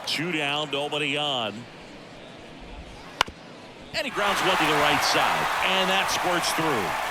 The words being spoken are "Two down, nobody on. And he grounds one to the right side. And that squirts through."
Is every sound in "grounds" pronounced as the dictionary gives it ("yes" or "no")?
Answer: yes